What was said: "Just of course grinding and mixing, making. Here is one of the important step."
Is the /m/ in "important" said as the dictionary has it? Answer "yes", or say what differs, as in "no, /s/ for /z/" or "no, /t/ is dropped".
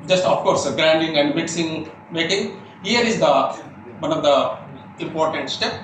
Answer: yes